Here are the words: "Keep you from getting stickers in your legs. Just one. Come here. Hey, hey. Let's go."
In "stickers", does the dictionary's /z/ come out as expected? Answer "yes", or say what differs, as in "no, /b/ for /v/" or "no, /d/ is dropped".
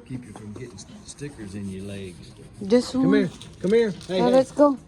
yes